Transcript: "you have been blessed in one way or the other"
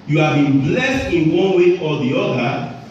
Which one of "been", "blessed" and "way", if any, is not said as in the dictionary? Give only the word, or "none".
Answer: none